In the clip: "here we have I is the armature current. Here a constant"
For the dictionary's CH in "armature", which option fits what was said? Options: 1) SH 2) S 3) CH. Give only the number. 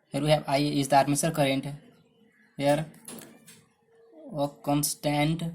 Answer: 2